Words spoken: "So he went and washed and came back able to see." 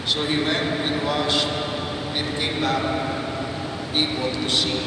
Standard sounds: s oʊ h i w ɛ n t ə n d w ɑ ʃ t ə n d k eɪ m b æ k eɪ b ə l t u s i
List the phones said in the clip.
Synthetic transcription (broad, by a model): s oʊ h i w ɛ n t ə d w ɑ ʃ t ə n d k eɪ m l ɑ eɪ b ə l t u s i